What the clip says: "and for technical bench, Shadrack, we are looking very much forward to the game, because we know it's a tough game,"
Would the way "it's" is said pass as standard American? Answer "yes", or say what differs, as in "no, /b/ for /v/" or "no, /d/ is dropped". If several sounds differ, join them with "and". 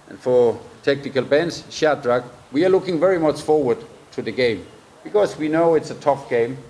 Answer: yes